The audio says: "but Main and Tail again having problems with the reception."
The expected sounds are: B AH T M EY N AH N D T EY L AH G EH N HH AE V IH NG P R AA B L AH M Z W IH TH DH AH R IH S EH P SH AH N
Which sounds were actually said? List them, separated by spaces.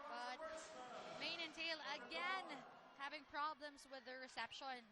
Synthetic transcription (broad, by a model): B AH T M EY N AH N T EY L AH G EH N HH AE V IH NG P R AA B L AH M Z W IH DH AH R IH S EH P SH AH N